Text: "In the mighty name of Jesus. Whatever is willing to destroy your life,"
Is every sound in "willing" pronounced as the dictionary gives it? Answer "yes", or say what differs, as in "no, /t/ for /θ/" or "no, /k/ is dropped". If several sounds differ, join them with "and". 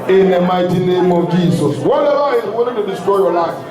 no, /n/ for /l/